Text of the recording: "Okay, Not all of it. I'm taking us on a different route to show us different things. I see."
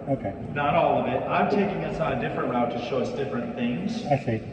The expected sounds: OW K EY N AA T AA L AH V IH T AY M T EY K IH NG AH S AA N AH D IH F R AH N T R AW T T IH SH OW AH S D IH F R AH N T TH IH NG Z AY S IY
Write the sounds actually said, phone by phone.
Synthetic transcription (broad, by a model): OW K EY N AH T AA L AH V IH T AY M T EY K IH NG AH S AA AH D IH F R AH N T R AW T T IH SH OW AH S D IH F R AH N TH IH NG Z AY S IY